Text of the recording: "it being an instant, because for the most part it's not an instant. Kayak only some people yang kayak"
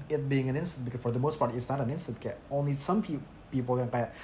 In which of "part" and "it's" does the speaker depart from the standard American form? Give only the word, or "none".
none